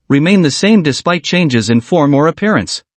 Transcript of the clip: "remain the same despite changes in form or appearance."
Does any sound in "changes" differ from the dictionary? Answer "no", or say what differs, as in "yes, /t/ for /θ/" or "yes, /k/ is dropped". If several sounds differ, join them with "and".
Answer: no